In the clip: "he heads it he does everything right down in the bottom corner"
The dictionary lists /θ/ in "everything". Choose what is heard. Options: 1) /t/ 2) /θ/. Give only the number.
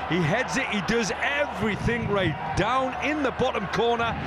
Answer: 2